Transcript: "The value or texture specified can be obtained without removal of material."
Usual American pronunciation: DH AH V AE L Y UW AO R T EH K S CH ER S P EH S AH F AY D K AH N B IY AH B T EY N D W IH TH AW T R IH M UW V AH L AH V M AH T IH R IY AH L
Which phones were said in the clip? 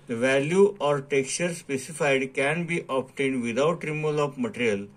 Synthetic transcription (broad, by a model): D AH V AE L Y UW AO R T EH K S CH ER S P EH S AH F AY D K AH N B IY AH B T EY N D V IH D AW T R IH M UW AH L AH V M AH T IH R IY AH L